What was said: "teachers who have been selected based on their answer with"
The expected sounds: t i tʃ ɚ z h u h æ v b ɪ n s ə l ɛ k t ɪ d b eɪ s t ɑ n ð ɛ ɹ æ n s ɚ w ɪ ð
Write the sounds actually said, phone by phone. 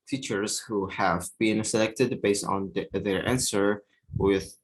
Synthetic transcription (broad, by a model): t i tʃ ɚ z h u h æ v b ɪ n s ə l ɛ k t ɪ d b eɪ s t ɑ n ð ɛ ɹ æ n s ɚ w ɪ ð